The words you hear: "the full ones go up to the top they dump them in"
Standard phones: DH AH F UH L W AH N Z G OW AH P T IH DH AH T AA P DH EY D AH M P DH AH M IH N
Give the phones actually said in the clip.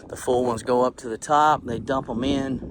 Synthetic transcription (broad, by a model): DH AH F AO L W AH N Z G OW AH P T IH DH AH T AA P DH EY D AH M P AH M IH N